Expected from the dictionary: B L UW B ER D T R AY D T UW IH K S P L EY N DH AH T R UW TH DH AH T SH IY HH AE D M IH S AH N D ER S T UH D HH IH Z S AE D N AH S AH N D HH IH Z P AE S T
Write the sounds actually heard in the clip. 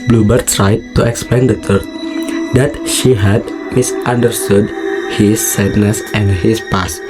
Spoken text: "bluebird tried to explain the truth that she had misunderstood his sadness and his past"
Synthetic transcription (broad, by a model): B L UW B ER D T R AY D T UW IH K S P L EY N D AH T UW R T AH T SH IY HH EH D M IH S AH N D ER S T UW D HH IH S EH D N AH S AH N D HH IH S P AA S